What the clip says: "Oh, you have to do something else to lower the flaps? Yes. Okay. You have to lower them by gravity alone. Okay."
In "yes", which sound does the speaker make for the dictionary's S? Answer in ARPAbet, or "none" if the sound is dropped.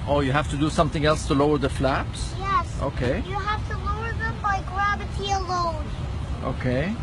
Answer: S